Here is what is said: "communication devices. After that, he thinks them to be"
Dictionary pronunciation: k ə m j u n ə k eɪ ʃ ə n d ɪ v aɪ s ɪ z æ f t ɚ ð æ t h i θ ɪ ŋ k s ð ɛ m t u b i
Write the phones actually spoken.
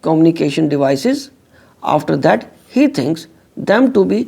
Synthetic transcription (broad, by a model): k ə m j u n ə k eɪ ʃ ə n d ɪ v aɪ s ɪ z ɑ f t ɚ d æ t h i t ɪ ŋ k s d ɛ m t u b i